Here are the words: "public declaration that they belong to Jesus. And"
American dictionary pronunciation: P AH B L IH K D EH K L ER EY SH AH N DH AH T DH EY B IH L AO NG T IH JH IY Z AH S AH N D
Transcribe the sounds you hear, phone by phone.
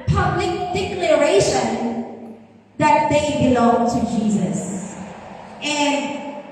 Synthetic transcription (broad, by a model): P AH B L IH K D EH K L ER EY SH AH N DH AH T DH EY B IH L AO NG T IH JH IY Z AH S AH N